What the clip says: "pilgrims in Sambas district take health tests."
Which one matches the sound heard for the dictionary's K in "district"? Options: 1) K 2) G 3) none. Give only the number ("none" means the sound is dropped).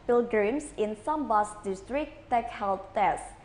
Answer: 3